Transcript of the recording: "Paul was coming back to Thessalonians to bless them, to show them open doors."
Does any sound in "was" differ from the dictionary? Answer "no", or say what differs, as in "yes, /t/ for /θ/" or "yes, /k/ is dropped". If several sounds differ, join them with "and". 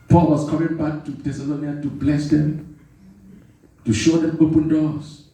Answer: yes, /s/ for /z/